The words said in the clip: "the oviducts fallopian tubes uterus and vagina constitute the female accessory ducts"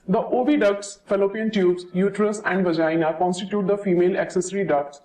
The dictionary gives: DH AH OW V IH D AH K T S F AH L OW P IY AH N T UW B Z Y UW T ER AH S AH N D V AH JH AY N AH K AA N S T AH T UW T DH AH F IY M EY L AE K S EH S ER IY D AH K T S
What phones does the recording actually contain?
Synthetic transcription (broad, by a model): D AH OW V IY D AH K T S F AH L OW P IY AH N T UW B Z Y UW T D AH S AH N D V AH JH AY N AH K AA N S T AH T UW T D AH F IY M EY L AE K S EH S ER IY D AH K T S